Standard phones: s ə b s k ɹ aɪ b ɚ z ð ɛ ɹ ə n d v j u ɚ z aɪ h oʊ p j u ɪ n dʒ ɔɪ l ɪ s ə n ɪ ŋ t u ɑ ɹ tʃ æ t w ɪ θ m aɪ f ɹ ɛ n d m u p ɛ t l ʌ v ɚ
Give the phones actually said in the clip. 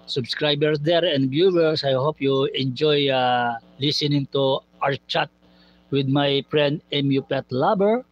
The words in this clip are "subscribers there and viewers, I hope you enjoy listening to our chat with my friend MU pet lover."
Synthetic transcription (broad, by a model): s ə b s k ɹ aɪ b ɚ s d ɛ ɹ ə n d b j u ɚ s aɪ h oʊ p j u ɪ n dʒ ɔɪ l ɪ s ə n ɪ ŋ t u ɑ ɹ tʃ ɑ t w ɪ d m aɪ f ɹ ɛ n d m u p ɛ t l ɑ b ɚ